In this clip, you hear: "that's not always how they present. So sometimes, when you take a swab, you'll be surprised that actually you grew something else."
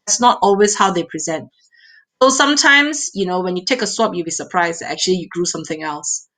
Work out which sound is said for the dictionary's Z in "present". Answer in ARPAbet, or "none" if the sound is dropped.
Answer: Z